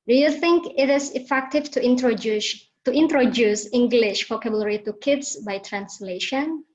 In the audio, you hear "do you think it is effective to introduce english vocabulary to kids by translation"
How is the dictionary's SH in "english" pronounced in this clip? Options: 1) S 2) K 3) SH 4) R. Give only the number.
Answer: 3